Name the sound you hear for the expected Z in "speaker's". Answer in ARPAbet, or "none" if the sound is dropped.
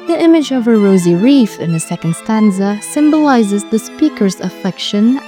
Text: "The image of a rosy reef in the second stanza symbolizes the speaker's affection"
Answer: Z